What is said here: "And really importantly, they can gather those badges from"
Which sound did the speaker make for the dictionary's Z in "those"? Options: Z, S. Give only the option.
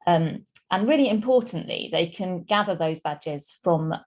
Z